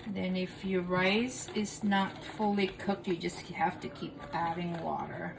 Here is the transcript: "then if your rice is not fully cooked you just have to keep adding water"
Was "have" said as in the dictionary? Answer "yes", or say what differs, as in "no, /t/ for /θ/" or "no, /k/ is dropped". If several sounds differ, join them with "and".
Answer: no, /f/ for /v/